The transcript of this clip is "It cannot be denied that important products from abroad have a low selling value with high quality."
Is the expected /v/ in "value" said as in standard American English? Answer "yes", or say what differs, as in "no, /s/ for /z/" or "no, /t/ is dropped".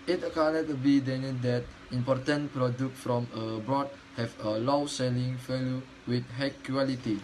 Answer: no, /f/ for /v/